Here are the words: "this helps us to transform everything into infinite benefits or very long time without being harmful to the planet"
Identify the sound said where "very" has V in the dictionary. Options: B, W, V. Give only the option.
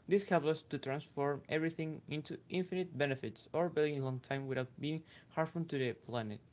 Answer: B